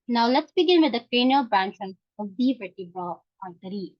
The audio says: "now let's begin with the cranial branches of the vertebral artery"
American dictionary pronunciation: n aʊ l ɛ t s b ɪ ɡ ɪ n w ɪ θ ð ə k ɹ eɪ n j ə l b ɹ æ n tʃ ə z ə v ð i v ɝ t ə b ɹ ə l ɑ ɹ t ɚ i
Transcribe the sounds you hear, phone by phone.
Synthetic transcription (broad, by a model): n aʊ l ɛ t s b ɪ ɡ ɪ n w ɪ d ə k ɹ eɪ n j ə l b ɹ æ n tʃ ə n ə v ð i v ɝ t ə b ə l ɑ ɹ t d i